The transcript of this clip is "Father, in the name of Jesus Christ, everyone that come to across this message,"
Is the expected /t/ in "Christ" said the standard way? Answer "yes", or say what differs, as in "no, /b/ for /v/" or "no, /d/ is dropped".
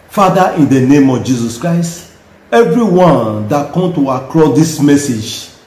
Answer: yes